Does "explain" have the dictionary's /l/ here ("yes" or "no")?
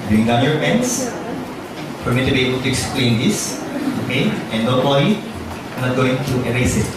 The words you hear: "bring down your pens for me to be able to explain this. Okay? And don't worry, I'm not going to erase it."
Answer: yes